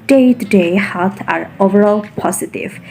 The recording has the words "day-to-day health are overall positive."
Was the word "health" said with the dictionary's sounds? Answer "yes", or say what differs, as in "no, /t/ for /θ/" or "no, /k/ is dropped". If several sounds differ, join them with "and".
no, /l/ is dropped